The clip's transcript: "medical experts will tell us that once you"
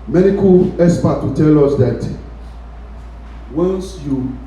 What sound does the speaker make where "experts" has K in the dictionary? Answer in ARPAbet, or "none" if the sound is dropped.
none